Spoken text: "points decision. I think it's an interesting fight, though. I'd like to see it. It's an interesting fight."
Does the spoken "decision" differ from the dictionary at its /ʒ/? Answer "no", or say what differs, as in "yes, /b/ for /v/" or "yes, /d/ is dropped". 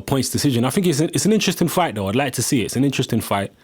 no